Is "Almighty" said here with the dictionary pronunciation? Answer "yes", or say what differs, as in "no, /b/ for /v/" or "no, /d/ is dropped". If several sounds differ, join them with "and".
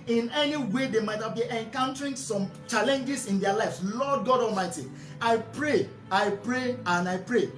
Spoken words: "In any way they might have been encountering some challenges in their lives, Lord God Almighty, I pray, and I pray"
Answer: no, /l/ is dropped